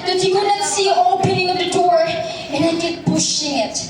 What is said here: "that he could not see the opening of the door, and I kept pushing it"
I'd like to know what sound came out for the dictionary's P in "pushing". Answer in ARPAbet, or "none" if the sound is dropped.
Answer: B